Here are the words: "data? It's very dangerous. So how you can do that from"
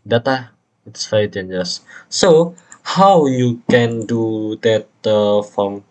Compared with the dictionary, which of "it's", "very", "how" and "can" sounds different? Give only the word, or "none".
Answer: very